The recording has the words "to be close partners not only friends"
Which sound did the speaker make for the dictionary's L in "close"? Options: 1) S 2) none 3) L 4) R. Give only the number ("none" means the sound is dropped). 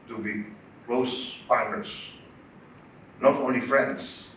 3